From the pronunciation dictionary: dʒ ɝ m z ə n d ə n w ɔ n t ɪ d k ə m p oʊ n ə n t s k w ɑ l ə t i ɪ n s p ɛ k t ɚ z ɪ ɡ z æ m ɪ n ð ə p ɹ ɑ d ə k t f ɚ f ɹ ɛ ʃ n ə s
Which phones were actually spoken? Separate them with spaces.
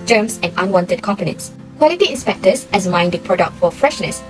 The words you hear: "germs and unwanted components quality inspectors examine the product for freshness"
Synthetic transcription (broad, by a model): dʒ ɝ m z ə n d ə n w ɔ n t ɪ d k ə m p oʊ n ə n t s k w ɑ l ə t i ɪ n s p ɛ k t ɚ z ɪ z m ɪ n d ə p ɹ ɑ d ə k t f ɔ f ɹ ɛ ʃ n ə s